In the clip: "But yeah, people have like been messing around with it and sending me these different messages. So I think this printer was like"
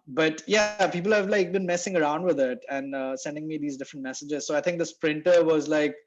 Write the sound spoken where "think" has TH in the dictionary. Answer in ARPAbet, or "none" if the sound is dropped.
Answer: T